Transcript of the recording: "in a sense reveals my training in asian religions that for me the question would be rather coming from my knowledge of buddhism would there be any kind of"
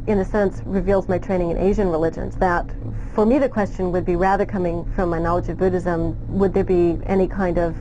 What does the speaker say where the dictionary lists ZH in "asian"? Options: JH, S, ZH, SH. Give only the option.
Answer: ZH